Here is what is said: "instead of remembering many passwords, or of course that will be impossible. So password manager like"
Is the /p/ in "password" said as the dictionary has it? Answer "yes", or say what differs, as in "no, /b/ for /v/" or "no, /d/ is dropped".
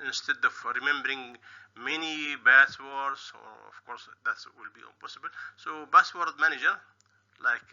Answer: no, /b/ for /p/